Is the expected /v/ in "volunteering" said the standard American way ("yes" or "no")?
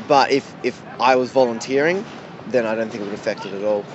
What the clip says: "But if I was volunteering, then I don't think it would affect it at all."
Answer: yes